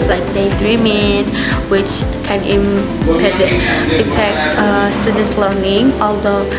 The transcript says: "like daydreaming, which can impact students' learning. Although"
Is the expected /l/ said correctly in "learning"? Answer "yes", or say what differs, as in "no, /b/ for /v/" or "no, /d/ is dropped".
yes